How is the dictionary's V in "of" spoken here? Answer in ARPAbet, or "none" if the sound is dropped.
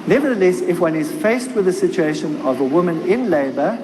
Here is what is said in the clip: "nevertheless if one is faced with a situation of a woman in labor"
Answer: V